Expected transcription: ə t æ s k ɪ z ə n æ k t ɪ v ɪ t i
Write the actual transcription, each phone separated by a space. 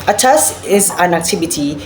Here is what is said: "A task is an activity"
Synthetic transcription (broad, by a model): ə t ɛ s ɪ z ə n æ k t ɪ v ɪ t i